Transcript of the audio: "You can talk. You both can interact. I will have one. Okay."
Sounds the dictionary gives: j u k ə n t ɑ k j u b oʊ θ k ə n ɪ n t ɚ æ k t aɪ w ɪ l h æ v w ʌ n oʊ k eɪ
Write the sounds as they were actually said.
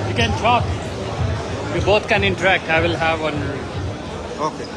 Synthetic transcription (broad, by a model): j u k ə n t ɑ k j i b oʊ t k ə n ɪ n t ɚ æ k t aɪ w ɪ l h æ v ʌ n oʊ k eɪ